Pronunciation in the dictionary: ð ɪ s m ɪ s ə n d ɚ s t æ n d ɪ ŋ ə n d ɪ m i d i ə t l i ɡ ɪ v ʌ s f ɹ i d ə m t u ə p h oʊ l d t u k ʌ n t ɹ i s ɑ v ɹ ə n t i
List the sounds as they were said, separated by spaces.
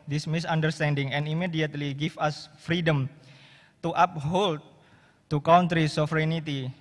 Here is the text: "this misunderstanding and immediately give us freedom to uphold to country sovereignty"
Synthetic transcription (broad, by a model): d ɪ s m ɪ s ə n d ɚ s t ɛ n d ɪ ŋ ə n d ɪ m i d i ə t l i ɡ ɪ f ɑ s f ɹ i d ə m t u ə p h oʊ l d t u k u n t ɹ i s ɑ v ɹ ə n t i